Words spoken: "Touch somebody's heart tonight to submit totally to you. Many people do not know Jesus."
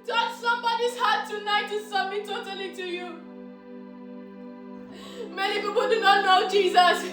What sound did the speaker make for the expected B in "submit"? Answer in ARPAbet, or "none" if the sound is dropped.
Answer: none